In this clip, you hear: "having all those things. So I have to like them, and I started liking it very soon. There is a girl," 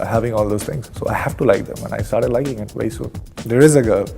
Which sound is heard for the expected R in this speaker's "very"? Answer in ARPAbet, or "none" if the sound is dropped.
none